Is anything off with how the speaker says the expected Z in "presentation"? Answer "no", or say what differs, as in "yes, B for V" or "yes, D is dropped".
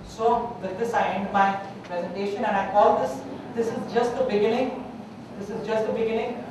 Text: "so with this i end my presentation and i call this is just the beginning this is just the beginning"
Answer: no